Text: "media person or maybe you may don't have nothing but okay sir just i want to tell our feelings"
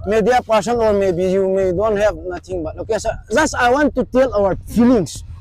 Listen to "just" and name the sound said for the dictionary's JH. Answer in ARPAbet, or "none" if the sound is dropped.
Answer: Z